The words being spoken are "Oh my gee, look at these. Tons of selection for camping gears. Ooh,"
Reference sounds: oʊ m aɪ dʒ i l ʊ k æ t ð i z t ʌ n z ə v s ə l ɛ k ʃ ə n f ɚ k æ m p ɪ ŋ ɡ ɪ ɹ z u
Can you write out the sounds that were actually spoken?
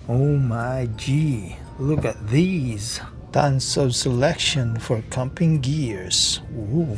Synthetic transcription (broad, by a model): oʊ m aɪ dʒ i l ʊ k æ t ð i z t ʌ n s ə v s ə l ɛ k ʃ ə n f ɚ k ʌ m p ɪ ŋ ɡ ɪ ɹ z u